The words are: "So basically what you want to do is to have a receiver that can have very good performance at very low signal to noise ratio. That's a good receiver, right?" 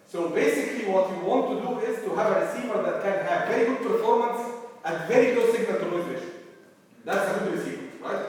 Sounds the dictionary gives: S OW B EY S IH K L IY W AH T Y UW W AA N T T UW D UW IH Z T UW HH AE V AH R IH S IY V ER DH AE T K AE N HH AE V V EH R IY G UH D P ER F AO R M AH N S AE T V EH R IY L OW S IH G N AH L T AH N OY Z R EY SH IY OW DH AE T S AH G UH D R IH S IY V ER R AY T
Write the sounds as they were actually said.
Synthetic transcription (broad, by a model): S OW B EY S IH K L IY W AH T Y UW W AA N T T UW D UW IH Z T UW HH AE V AH R IH S IY V ER DH AE T K AE N HH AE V V EH R IY G UH D P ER F AO R M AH N S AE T V EH R IY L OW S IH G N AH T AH L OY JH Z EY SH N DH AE T S AH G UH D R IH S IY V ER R AY T